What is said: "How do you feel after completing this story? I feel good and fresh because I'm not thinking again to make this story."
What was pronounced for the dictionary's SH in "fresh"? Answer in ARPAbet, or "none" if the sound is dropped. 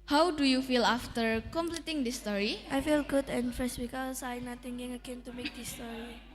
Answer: S